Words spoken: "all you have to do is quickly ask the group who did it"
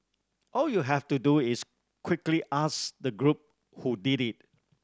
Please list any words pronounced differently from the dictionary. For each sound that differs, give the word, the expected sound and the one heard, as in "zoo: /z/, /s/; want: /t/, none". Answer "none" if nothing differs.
have: /v/, /f/; is: /z/, /s/